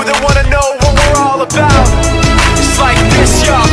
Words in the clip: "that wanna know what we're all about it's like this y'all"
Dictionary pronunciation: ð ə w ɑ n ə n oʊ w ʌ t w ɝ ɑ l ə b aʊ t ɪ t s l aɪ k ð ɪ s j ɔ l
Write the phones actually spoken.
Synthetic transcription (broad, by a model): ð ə w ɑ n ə n oʊ w ʌ t w ɝ ɑ l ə b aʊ ɪ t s l aɪ k ð ɪ s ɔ